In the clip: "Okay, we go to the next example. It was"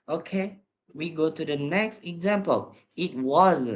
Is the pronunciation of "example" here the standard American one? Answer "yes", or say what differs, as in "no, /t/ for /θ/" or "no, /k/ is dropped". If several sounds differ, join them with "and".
yes